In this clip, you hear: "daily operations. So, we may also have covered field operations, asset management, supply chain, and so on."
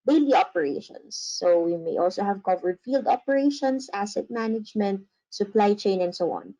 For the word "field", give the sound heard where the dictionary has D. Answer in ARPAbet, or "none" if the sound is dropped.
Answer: D